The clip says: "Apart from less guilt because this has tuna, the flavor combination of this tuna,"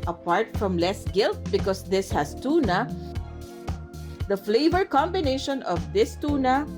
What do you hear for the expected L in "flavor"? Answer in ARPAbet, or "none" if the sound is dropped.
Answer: L